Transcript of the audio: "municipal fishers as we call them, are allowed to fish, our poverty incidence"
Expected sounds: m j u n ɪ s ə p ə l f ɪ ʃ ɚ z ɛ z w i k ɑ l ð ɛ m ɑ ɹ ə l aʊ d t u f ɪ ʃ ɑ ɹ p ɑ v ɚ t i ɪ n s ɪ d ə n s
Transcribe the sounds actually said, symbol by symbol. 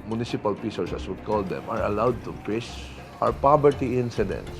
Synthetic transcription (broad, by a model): m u n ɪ s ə p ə l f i s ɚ s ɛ s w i k ɑ l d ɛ m ɑ ɹ ə l aʊ d t u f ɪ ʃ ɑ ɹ p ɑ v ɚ t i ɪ n s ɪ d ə n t